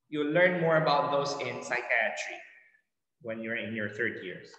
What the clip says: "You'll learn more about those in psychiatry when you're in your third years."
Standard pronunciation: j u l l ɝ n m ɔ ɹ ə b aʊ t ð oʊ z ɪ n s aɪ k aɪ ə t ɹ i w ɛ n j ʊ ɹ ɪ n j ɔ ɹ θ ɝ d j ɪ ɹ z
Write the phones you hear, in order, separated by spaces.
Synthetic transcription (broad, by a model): j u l l ɝ n m ɔ ɹ ə b aʊ t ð oʊ s ɪ n s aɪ k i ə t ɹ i w ɛ n j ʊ ɹ ɪ n j ɔ ɹ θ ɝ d j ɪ ɹ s